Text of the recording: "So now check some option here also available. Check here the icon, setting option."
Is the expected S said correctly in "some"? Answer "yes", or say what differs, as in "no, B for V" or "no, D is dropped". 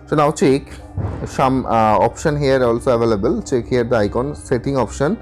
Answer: no, SH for S